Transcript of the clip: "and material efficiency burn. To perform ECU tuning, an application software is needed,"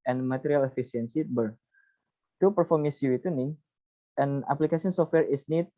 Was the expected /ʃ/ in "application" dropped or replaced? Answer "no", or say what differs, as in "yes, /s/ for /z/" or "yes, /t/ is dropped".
yes, /s/ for /ʃ/